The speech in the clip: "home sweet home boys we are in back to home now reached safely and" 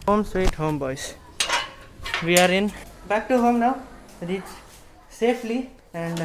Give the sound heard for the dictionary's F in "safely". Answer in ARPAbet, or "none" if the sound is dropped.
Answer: P